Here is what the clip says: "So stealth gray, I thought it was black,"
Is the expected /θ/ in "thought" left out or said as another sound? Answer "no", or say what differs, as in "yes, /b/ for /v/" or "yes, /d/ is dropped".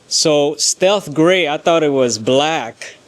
no